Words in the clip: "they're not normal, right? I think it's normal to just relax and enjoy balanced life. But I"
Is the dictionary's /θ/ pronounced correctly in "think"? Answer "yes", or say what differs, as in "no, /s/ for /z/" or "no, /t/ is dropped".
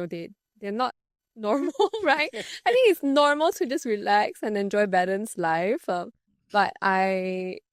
no, /t/ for /θ/